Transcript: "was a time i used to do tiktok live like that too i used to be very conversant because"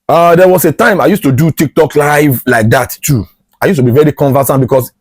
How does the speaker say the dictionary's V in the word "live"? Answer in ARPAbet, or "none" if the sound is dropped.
V